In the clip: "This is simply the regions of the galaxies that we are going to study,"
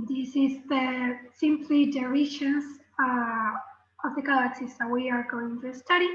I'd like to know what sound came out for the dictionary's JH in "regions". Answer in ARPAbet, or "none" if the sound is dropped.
SH